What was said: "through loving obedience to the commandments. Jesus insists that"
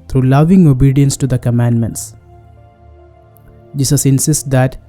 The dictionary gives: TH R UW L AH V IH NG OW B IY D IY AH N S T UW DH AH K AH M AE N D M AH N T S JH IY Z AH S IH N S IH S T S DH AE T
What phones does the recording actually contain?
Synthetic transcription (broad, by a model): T R UW L AH V IH NG OW B IY D IY AH N S T UW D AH K AH M AE N D M AH N T S JH IY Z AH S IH N S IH S T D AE T